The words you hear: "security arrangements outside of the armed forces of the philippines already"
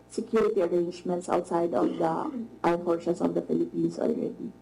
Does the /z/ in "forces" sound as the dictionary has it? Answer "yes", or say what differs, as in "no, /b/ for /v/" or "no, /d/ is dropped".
no, /s/ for /z/